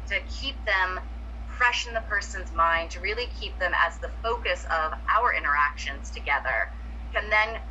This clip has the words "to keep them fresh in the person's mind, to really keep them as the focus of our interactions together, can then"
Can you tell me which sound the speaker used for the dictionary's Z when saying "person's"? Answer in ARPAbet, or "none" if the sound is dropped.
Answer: Z